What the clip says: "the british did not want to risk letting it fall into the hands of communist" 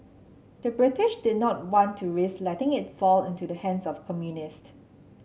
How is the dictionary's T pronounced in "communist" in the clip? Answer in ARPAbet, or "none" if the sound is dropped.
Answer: T